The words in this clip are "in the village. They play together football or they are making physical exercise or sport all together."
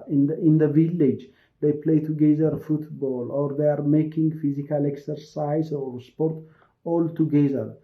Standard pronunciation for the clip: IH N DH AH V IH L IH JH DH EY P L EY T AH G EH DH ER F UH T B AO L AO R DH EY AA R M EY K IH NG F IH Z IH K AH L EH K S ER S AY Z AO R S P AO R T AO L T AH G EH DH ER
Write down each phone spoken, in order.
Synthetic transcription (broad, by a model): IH N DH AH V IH L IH JH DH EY P L EY T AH G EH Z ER F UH T B AO L AO R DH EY AA R M EY K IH NG F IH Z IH K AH L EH K S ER S AY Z AO R S P AO R T AO L T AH G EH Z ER